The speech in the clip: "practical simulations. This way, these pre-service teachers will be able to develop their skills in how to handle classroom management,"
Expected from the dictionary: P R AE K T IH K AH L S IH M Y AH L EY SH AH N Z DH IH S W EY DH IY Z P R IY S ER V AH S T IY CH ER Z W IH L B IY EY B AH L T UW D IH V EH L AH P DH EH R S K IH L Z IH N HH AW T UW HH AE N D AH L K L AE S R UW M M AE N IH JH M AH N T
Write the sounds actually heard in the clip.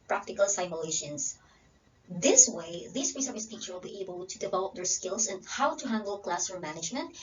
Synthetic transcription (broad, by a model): P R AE K T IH K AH L S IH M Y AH L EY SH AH N S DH IH S W EY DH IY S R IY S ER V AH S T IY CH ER W IH L B IY EY B AH L T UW D IH V EH L AH P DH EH R S K IH L S IH N HH AW T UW HH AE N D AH L K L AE S AH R M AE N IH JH M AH N T